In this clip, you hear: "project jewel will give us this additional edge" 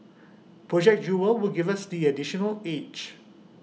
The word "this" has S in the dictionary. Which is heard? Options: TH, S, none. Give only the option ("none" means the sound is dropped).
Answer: none